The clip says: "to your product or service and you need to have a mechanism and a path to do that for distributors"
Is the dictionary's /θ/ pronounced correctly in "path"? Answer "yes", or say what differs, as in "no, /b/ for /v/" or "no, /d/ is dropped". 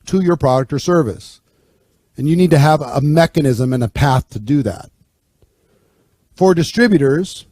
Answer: yes